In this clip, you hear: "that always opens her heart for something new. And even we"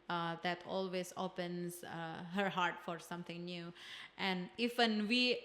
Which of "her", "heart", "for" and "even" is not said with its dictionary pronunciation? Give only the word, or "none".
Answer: even